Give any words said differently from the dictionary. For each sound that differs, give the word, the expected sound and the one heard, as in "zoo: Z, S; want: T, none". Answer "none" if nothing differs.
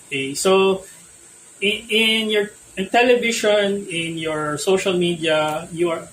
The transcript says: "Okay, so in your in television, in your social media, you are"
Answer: television: ZH, SH